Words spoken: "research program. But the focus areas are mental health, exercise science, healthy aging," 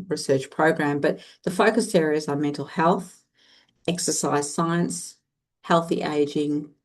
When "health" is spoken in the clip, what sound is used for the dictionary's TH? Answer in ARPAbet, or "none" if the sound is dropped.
TH